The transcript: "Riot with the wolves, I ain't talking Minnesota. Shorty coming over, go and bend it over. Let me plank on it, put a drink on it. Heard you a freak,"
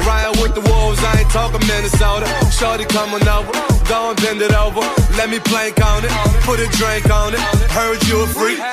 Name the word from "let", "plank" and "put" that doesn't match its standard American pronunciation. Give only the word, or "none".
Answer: none